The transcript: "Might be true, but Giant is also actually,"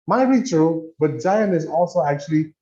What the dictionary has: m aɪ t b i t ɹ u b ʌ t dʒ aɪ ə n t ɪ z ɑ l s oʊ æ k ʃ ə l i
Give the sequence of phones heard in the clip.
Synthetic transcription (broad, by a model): m aɪ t b i t ɹ u b ʌ t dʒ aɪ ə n ɪ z ɑ l s oʊ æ k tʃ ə l i